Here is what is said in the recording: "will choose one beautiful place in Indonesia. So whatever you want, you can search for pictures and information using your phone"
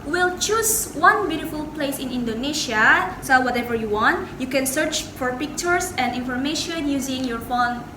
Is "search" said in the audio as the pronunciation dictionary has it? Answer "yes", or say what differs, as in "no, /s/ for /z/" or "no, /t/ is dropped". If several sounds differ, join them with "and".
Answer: yes